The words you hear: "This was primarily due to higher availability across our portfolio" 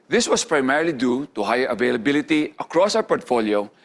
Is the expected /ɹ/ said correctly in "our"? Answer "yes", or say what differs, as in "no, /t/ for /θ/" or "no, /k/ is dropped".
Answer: no, /w/ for /ɹ/